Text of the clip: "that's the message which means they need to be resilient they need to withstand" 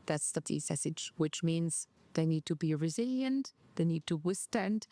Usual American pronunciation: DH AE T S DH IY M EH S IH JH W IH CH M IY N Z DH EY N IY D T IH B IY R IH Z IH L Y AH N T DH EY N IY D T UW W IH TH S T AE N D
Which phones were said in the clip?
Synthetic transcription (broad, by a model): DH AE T S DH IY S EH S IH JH W IH CH M IY N Z DH EY N IY D T IH B IY R IH Z IH L Y AH N T DH EY N IY D T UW W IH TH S T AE N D